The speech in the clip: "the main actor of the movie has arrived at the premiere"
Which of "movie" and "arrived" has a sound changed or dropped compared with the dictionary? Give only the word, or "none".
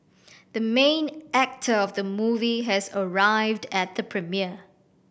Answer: none